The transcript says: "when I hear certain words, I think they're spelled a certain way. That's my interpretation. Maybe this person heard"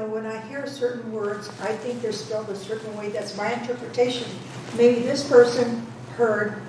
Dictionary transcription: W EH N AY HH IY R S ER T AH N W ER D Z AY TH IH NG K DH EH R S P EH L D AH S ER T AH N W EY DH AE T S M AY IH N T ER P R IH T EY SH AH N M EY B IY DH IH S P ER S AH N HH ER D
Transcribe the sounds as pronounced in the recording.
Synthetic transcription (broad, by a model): W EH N AY HH IY R S ER T N W ER D Z AY TH IH NG K DH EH R S P EH L D AH S ER T N W EY DH AE T S M AY IH N T ER P R IH T EY SH AH N M EY B IY DH IH S P ER S AH N HH ER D